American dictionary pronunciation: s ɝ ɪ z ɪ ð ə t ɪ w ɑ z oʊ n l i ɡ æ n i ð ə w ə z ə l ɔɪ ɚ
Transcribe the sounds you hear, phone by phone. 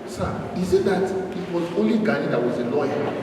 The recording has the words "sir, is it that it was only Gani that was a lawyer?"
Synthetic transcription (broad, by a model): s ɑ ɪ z ɪ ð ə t ɪ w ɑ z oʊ l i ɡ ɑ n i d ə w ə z ə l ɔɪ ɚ